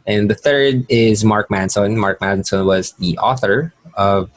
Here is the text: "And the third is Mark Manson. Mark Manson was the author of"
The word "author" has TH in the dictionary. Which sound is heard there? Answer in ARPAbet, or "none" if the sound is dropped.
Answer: TH